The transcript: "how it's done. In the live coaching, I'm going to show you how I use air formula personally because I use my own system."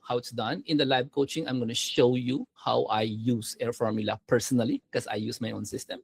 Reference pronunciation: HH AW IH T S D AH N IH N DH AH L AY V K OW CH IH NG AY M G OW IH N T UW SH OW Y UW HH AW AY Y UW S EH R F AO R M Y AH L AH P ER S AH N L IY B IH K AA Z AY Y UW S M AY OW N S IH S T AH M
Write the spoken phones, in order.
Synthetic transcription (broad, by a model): HH AW IH T S D AH N IH N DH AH L AY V K OW CH IH NG AY M G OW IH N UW SH OW Y UW HH AW AY Y UW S EH R F AO R M Y AH L AH P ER S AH N IY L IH K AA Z AY Y UW S M AY OW N S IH S T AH M